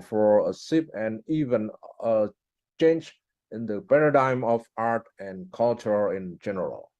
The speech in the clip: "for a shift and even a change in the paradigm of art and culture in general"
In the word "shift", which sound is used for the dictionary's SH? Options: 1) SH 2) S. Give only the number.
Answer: 2